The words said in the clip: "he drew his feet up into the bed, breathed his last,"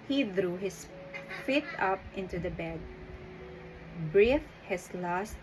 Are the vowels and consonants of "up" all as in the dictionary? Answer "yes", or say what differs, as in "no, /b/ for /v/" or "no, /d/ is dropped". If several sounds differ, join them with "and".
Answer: yes